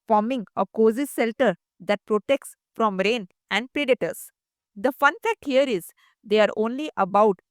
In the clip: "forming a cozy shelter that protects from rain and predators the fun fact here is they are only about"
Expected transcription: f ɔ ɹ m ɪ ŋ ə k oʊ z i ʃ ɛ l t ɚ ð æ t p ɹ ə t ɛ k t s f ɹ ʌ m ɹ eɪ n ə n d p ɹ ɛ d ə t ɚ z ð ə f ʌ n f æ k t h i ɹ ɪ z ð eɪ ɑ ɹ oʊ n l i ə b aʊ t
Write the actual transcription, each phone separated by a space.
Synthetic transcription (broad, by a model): f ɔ ɹ m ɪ ŋ ə k oʊ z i s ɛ l t ɚ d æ t p ɹ ə t ɛ k t s f ɹ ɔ m ɹ eɪ n ə n d p ɹ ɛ d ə t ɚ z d ə f ʌ n f æ k t h i ɹ ɪ z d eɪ ɑ ɹ oʊ n l i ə b aʊ t